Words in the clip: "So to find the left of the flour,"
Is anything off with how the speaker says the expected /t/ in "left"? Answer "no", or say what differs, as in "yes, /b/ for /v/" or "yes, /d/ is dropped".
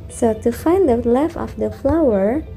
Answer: yes, /t/ is dropped